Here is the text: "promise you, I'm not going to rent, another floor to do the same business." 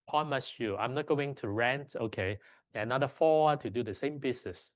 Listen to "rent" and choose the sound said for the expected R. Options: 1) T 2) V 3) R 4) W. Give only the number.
3